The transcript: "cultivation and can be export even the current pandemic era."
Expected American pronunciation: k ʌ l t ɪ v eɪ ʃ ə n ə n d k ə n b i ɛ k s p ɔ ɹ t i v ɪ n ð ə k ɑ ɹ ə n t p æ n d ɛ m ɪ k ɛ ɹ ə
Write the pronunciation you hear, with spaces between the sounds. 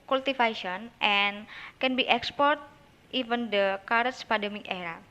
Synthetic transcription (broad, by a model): k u l t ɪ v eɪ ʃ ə n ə n k ə n b i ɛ k s p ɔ ɹ t i v ɪ n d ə k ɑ ɹ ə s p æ d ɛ m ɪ k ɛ ɹ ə